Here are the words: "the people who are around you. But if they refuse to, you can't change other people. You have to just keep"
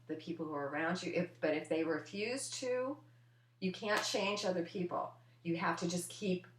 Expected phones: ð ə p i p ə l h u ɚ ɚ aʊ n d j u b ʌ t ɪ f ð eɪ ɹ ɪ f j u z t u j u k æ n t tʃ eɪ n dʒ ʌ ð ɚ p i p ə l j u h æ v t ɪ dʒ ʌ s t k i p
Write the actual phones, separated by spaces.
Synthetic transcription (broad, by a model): ð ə p i p l h u ɚ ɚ aʊ n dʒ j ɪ b ʌ t ɪ f ð eɪ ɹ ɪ f j u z t u j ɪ k æ n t tʃ eɪ n dʒ ʌ ð ɚ p i p l j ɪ h æ f t ɪ dʒ ʌ s k i p